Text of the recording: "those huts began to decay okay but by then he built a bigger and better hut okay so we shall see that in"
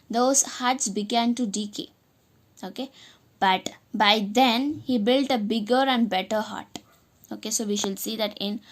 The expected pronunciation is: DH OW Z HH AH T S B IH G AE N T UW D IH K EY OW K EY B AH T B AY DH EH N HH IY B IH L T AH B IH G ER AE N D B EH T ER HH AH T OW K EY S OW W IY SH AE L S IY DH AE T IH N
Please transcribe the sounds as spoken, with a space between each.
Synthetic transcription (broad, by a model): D OW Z HH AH T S B IH G AE N T UW D IH K EY OW K EY B AH T B AY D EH N HH IY B IH L T AH B IH G ER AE N D B EH T ER HH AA T OW K EY S OW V IY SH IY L S IY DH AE T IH N